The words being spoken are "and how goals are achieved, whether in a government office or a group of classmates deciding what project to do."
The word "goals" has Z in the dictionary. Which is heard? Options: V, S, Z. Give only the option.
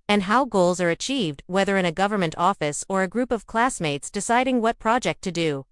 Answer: Z